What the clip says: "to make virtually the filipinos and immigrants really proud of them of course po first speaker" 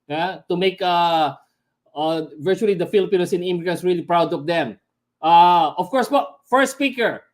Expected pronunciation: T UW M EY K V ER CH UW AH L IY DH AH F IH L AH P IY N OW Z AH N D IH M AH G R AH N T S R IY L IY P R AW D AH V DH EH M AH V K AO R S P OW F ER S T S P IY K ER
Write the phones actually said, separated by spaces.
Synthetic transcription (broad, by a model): T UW M EY K V ER CH UW AH L IY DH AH F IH L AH P IY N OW S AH N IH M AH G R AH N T S R IY L IY P R AW D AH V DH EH M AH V K AO R S B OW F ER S S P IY K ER